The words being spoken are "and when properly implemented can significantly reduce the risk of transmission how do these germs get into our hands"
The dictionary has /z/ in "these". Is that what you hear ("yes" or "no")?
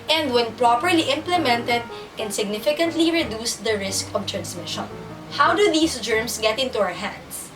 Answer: no